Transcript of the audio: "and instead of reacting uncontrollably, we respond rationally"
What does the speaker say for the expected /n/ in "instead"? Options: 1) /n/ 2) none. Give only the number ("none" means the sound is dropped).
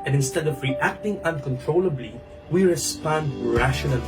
1